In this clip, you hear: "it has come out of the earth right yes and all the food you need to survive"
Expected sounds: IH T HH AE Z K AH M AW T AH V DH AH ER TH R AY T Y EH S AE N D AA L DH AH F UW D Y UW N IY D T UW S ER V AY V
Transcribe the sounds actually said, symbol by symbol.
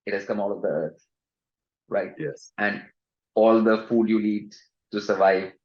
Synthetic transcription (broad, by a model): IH T HH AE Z K AH M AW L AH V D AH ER T R AY T Y EH S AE N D AA L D AH F UW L Y UW L IY D T UW S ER V AY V